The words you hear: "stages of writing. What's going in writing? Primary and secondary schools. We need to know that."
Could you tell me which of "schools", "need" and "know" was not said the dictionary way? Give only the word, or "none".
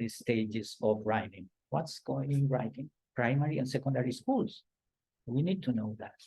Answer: schools